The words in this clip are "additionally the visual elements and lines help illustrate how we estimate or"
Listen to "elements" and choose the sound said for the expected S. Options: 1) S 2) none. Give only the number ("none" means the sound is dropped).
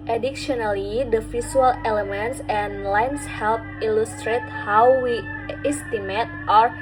1